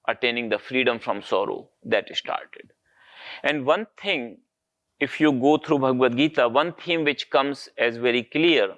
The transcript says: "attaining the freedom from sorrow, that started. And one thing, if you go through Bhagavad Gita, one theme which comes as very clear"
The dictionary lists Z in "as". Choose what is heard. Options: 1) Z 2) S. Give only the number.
1